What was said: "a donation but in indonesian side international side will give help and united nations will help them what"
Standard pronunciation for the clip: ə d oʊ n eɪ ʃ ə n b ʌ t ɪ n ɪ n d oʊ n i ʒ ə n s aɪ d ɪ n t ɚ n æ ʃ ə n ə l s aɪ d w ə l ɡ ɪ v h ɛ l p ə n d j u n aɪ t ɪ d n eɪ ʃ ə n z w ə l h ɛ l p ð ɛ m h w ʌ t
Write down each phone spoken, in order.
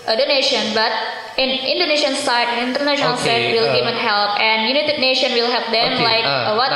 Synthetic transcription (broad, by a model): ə d oʊ n eɪ ʃ ə n b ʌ t ɪ n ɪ n d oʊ n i ʃ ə n s aɪ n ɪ n t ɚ n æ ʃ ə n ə l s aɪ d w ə l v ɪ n h ɛ l p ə n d j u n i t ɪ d n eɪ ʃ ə n w ə l h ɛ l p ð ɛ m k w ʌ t